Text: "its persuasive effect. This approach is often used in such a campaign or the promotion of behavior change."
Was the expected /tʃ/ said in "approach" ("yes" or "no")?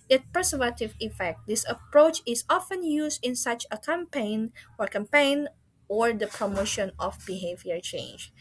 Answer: yes